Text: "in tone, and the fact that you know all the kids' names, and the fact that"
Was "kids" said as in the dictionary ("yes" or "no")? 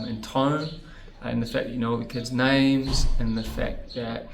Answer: yes